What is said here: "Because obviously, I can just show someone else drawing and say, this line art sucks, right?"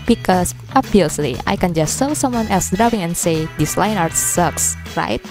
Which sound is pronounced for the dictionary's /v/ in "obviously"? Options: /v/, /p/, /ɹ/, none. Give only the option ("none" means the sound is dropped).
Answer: none